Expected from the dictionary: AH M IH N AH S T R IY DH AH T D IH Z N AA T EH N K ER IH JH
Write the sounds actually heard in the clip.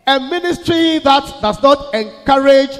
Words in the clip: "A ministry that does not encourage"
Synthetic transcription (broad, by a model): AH M IH N AH S T R IY DH AH T D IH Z N AA T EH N K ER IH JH